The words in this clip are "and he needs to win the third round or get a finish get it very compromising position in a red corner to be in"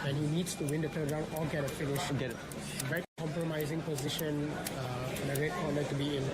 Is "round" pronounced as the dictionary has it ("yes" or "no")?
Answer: no